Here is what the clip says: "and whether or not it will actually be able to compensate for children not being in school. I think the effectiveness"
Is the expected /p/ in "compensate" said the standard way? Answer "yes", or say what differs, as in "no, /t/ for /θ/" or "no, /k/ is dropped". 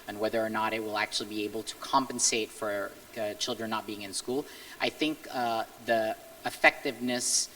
yes